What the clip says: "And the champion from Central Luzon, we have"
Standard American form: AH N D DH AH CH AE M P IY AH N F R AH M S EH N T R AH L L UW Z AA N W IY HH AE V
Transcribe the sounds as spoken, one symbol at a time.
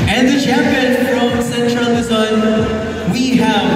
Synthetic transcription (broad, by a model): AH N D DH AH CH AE P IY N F R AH M S EH N T R AH L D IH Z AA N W IY HH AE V